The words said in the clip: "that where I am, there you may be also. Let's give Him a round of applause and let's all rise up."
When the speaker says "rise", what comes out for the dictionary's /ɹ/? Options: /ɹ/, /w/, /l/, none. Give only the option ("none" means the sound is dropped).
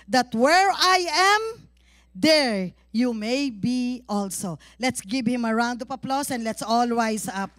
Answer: /w/